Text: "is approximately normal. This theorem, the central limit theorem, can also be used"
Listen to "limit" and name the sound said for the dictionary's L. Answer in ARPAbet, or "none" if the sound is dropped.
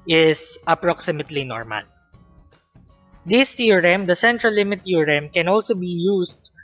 L